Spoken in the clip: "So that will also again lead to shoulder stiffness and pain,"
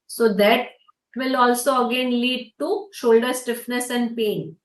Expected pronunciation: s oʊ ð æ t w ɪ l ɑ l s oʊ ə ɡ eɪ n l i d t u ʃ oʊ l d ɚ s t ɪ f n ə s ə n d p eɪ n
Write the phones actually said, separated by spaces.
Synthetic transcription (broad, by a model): s oʊ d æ t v ɪ l ɑ l s oʊ ə ɡ eɪ n l i d t u ʃ oʊ l d ɚ s t ɪ f n ə s ə n d p eɪ n